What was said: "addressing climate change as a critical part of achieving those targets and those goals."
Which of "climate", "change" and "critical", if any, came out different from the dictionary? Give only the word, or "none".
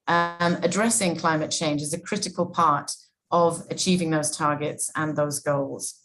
none